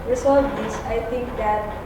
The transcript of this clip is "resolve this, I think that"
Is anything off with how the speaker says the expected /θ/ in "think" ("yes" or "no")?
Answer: yes